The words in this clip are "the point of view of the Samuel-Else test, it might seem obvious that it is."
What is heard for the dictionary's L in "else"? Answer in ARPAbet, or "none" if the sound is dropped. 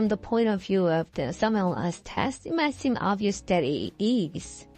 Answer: none